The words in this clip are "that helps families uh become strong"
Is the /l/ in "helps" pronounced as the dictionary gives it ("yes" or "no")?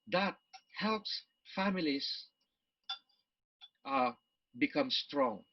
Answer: yes